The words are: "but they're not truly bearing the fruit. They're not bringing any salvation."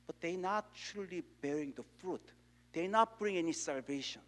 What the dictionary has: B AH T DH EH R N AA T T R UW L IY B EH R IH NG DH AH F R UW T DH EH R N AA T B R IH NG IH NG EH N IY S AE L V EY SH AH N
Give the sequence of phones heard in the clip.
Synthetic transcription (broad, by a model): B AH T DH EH N AA T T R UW L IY B EH R IH NG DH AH F R UW T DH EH N AA T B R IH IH NG EH N IY S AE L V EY SH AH N